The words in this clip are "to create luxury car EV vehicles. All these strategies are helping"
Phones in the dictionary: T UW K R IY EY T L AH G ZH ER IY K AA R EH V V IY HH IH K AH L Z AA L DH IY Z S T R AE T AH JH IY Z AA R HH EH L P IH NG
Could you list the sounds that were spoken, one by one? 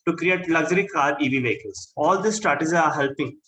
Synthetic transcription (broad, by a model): T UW K R IY EY T L AH G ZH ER IY K AA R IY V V IY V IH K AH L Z AA L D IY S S T R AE T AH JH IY AA R HH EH L P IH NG